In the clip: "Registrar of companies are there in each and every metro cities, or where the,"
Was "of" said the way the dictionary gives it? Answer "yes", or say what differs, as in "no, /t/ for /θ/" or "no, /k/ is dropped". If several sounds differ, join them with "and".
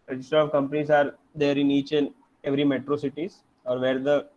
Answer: yes